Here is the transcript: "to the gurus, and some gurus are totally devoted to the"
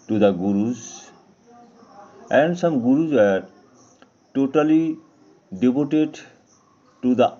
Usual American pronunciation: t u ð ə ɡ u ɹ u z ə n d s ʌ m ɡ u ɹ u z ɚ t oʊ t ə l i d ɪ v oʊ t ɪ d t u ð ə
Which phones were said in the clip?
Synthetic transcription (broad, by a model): t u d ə ɡ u ɹ u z ə n d s ʌ m ɡ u ɹ u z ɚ t oʊ t ə l i d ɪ b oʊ t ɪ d t u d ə